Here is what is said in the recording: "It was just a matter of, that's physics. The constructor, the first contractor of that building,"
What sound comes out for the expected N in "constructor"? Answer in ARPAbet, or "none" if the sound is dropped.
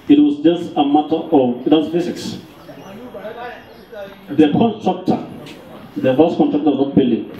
none